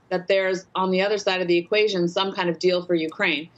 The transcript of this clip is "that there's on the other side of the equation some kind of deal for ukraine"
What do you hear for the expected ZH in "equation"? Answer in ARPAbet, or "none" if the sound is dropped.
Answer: ZH